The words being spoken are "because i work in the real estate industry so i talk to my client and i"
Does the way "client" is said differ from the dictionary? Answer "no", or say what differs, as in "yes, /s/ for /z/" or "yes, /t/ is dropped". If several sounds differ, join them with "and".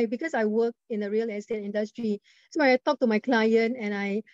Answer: no